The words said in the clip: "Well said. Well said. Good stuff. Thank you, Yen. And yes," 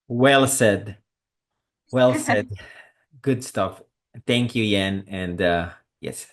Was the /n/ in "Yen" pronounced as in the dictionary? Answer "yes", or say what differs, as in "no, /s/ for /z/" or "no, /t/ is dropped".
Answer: yes